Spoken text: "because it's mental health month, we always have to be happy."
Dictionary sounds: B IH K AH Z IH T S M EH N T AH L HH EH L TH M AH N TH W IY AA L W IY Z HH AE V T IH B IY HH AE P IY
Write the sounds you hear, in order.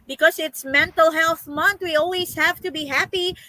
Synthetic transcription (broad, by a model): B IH K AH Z IH T S M EH N T AH L HH EH L TH M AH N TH W IY AA L W IY Z HH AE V T IH B IY HH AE P IY